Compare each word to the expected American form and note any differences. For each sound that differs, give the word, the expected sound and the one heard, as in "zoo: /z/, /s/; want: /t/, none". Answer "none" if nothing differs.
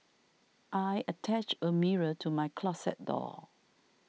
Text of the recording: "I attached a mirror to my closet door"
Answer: attached: /t/, none; closet: /z/, /s/